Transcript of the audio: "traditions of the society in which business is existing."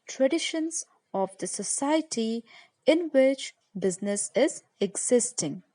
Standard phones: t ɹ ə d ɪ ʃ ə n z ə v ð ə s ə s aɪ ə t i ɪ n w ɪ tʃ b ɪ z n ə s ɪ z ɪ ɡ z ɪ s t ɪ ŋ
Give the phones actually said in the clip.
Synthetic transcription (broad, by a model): t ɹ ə d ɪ ʃ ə n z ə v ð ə s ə s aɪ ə t i ɪ n w ɪ tʃ b ɪ z n ə s ɪ z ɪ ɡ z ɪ s t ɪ ŋ